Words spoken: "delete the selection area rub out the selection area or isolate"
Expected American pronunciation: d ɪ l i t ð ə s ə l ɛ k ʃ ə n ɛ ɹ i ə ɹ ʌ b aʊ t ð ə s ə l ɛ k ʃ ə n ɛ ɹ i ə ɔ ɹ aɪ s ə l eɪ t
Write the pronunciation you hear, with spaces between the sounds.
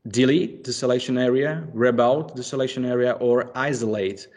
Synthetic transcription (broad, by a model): d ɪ l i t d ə s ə l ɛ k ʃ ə n ɛ ɹ i ə ɹ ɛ b aʊ t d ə s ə l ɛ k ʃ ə n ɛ ɹ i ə ɔ ɹ aɪ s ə l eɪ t